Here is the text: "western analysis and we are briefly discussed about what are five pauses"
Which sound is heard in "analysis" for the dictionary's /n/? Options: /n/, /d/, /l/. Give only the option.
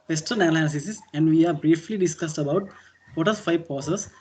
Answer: /l/